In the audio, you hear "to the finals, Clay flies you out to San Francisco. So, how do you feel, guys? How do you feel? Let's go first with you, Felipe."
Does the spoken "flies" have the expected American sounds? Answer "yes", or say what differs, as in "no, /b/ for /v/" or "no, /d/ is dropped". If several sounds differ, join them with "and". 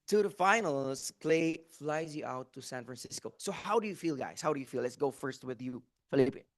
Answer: yes